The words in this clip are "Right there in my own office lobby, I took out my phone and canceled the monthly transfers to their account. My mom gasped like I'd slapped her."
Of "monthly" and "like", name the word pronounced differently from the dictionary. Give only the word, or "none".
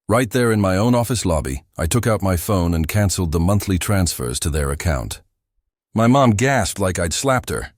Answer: none